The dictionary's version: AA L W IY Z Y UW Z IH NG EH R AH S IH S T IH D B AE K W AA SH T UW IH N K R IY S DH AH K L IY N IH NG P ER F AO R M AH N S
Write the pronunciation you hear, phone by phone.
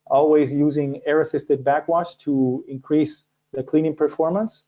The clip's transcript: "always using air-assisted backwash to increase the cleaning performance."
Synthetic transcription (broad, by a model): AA L W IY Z Y UW Z IH NG EH R AH S IH S T IH D B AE K W AA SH T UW IH N K R IY S DH AH K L IY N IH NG P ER F AO R M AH N S